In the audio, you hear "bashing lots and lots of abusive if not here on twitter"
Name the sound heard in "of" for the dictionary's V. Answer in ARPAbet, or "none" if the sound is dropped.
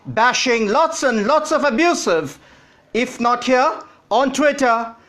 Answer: V